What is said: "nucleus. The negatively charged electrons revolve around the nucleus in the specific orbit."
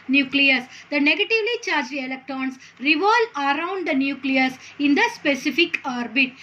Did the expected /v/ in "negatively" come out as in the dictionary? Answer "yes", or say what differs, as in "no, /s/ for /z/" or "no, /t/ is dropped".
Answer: yes